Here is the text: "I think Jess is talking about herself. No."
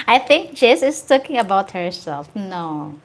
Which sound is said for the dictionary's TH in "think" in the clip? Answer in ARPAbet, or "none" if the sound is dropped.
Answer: TH